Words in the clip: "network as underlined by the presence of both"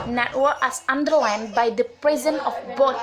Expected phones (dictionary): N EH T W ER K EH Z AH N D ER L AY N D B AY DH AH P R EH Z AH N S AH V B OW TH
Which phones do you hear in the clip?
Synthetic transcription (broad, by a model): N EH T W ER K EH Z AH N D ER L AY N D B AY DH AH P R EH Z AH N AH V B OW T